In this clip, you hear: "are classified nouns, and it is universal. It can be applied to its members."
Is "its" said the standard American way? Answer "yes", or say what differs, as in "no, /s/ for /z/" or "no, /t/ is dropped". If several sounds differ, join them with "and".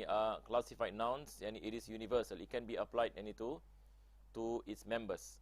yes